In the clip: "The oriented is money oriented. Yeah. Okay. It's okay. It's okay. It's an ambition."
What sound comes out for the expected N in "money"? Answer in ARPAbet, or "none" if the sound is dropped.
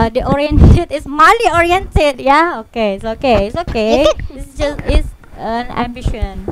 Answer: L